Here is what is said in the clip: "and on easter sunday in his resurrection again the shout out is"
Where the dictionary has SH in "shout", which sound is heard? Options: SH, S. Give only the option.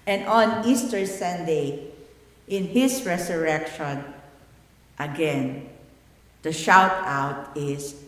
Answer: SH